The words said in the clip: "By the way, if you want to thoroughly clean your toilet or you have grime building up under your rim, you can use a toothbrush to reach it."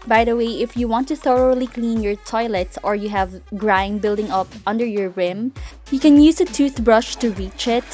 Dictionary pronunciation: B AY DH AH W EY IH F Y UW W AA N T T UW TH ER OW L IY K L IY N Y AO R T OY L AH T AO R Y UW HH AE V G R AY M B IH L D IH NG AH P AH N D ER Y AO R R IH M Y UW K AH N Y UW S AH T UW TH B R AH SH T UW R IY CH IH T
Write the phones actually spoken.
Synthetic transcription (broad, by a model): B AY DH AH W EY IH F Y UW W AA N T T UW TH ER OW L IY K L IY N Y AO R T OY L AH T AO R Y UW HH AE V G R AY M B IH L D IH NG AH P AH N D ER Y AO R R IH M Y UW K AH N Y UW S AH T UW TH B R AH SH T UW R IY CH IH T